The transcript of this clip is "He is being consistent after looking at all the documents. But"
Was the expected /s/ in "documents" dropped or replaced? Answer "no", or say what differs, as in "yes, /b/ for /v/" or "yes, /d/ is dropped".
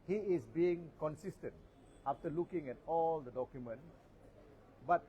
yes, /s/ is dropped